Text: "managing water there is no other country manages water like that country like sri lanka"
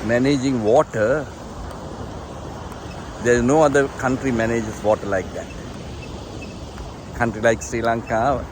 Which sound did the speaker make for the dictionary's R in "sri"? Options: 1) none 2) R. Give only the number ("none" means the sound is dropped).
2